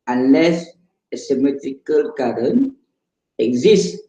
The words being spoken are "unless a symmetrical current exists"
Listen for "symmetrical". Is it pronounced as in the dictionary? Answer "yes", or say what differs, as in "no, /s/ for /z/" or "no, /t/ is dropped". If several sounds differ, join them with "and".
yes